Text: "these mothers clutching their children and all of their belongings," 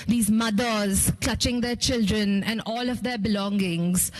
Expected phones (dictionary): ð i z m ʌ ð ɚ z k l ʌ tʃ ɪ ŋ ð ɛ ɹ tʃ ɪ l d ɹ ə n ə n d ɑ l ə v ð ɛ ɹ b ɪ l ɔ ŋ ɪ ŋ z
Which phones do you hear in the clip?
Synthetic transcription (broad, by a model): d i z m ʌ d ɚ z k l ʌ tʃ ɪ ŋ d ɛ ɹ tʃ ɪ l d ɹ ə n ə n d ɑ l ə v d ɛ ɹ b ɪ l ɔ ŋ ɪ ŋ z